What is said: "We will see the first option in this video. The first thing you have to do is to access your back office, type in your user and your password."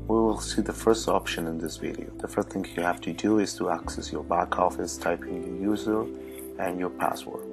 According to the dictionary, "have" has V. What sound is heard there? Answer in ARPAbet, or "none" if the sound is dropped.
F